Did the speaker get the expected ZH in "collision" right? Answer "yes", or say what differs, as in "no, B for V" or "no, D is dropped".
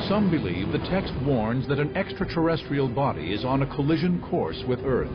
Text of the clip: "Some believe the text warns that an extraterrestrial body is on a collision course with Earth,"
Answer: yes